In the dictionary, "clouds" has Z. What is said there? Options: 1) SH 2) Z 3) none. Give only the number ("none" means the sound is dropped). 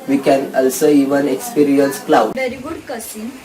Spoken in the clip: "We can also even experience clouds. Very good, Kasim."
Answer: 3